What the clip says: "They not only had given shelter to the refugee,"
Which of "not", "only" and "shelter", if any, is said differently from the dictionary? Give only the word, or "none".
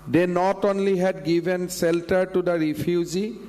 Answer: shelter